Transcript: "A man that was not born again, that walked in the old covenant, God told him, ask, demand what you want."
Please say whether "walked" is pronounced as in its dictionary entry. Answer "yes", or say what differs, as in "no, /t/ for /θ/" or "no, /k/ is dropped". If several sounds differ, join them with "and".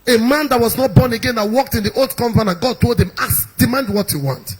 yes